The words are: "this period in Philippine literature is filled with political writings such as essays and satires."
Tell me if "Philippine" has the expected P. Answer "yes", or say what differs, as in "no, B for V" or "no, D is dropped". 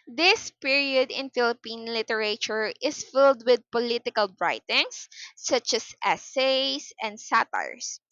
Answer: yes